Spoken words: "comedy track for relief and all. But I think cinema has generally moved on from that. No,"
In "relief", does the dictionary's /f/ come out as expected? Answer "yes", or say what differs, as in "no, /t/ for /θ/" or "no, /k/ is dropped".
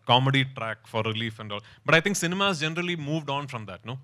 yes